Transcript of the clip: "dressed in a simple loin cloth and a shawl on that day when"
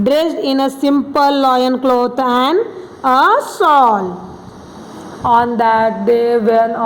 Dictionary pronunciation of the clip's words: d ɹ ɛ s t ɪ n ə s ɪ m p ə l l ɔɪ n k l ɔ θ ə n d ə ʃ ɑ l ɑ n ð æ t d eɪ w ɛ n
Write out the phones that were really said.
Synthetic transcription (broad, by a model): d ɹ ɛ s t ɪ n ə s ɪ m p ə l l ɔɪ n k l ɔ t ə n d ə s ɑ l ɑ n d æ t d eɪ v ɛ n